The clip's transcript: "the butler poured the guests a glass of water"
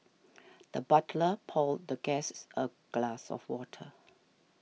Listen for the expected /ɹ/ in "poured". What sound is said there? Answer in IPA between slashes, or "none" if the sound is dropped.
/l/